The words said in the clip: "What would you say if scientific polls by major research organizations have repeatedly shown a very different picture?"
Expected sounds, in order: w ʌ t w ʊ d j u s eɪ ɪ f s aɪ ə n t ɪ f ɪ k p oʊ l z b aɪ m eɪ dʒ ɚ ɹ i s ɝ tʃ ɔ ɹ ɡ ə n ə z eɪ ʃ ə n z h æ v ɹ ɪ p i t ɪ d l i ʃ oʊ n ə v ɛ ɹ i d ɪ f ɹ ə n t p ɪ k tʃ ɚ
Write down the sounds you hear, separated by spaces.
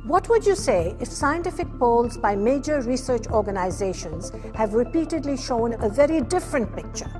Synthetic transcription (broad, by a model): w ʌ t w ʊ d j u s eɪ ɪ f s aɪ ə n t ɪ f ɪ k p oʊ l z b aɪ m eɪ dʒ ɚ ɹ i s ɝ tʃ ɔ ɹ ɡ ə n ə z eɪ ʃ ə n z h æ v ɹ ɪ p i t ɪ d l i ʃ oʊ n ə v ɛ ɹ i d ɪ f ɹ ə n t p ɪ k tʃ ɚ